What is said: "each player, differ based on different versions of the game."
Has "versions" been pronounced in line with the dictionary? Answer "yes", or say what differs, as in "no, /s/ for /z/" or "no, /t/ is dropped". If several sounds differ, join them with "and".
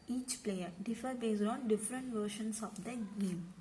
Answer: no, /ʃ/ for /ʒ/ and /s/ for /z/